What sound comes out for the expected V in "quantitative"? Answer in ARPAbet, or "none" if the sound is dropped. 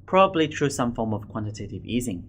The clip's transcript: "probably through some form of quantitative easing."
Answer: V